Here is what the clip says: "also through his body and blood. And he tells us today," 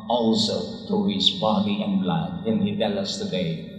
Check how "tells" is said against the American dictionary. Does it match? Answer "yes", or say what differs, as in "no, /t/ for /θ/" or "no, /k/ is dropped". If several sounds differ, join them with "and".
no, /z/ is dropped